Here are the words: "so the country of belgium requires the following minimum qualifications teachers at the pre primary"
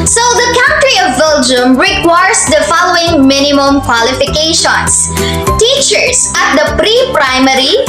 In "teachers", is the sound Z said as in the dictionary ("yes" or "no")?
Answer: no